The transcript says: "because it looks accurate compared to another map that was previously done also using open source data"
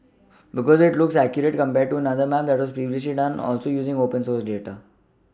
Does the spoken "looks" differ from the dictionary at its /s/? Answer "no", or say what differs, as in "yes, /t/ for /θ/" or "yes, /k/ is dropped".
no